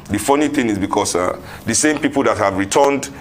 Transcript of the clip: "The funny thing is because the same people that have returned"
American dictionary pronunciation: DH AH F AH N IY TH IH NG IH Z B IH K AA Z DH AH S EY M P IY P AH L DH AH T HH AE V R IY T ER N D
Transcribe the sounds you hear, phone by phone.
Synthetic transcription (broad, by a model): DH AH F AH N IY TH IH NG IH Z B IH K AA S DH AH S EY M P IY P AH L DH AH T HH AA V R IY T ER N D